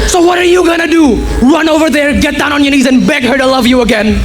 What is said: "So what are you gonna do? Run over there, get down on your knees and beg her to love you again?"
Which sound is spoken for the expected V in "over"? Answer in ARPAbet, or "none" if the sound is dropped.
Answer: V